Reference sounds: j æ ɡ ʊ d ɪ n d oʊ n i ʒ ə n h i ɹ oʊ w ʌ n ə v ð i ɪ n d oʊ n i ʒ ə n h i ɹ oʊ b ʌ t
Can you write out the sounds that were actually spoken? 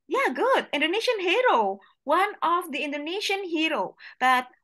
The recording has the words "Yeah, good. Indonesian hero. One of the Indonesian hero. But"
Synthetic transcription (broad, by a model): j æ ɡ ʊ d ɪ n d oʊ n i ʃ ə n h i ɹ oʊ w ʌ n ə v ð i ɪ n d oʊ n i ʃ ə n h i ɹ oʊ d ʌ t